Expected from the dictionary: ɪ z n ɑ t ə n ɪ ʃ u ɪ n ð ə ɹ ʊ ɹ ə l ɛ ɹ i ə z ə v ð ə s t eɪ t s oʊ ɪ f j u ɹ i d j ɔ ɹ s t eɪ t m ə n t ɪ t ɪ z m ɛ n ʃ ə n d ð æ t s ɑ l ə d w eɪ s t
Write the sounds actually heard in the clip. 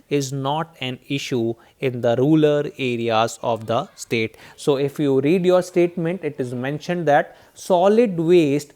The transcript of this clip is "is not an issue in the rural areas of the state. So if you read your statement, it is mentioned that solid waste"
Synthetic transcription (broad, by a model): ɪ z n ɑ t ə n ɪ ʃ u ɪ n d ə ɹ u l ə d ɛ ɹ i ə z ə v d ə s t eɪ t s oʊ ɪ f j u ɹ i d j ɔ ɹ s t eɪ t m ə n t ɪ t ɪ z m ɛ n ʃ ə n d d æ t s ɑ l ə d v eɪ s t